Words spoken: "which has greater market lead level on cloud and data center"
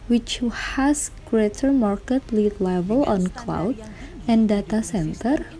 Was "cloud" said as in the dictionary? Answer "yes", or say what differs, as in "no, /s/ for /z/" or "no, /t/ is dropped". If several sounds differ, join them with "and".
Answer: yes